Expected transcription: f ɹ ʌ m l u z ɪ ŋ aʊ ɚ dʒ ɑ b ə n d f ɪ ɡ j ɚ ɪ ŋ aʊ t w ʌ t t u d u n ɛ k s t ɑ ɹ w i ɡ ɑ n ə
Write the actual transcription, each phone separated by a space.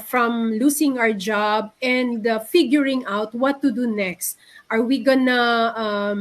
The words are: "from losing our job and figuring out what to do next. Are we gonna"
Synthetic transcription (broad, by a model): f ɹ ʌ m l u s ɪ ŋ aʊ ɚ dʒ ɑ b ə n d f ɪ ɡ j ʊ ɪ ŋ aʊ t w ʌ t t u d u n ɛ k s t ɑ ɹ w i ɡ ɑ n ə